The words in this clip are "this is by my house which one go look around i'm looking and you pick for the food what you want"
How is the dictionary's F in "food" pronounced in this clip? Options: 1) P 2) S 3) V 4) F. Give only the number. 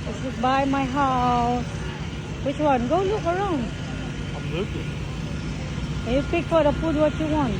1